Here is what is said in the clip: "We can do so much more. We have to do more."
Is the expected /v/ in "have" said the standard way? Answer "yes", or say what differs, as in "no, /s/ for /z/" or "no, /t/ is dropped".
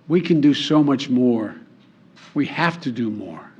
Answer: no, /f/ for /v/